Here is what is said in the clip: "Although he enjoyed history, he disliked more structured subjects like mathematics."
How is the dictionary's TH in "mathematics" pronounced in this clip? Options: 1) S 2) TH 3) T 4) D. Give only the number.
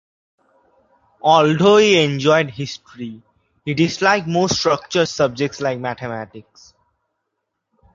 3